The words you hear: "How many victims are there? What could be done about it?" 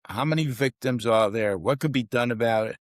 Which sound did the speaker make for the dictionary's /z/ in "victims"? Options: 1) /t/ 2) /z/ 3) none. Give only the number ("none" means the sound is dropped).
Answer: 2